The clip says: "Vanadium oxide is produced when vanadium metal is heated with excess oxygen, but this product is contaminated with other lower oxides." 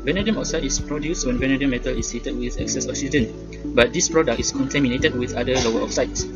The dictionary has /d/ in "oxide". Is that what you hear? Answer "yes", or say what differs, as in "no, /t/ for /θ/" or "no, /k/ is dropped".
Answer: no, /d/ is dropped